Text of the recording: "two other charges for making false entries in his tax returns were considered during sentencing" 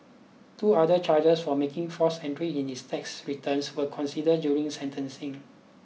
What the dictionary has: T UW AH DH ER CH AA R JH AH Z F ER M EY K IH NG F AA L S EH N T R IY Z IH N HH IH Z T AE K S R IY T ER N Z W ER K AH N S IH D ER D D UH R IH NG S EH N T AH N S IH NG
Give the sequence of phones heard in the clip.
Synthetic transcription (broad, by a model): T UW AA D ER CH AA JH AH S F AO M EY K IH NG F AA S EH N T R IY IH N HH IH S T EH K S R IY T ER N S W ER K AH N S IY D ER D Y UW R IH NG S EH N T AH N S IH NG